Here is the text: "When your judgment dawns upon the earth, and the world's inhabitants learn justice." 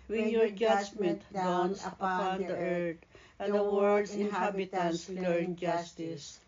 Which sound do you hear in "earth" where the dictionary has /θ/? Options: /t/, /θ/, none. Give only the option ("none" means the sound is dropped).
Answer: /t/